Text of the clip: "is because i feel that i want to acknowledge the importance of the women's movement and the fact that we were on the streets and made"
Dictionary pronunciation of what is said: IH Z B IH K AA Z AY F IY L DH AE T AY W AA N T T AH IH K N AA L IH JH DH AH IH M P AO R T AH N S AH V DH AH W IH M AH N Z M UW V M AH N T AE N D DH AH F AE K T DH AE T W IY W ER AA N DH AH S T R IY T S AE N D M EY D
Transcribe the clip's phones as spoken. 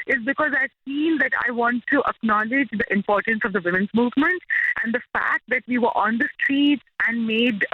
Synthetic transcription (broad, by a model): IH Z B IH K AA Z AY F IY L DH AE T AY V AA N T T AH K N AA L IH JH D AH IH M P AO R T AH N S AH V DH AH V IH M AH N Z M UW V M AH N T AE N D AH F AE K T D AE T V IY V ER AA N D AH S T R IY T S AE N D M EY D